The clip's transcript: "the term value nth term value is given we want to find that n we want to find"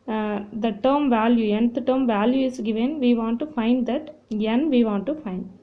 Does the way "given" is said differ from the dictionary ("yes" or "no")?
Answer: no